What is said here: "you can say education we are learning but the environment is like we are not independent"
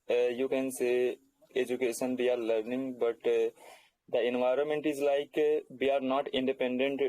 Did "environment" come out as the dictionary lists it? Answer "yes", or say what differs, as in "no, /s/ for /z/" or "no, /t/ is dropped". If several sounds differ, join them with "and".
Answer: yes